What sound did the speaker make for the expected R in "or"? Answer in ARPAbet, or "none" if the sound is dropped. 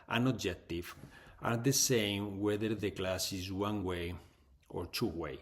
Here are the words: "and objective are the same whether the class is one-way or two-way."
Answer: R